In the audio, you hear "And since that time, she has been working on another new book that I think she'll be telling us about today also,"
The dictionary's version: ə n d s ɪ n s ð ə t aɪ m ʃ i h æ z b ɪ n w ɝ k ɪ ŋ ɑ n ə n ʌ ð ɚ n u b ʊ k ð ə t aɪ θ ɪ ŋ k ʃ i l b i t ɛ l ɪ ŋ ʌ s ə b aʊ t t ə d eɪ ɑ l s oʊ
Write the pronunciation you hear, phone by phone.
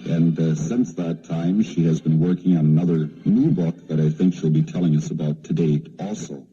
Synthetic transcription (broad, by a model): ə n s ɪ n s ð ə t aɪ m ʃ i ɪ z b ɪ n w ɝ k ɪ ŋ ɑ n ə n ʌ ð ɚ n u b ʊ k ð ə t aɪ θ ɪ ŋ k ʃ i l b i t ɛ l ɪ ŋ ʌ s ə b aʊ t t ə d eɪ ɑ l s oʊ